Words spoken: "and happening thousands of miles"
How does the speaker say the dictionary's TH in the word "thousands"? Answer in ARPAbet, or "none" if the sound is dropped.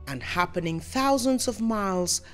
TH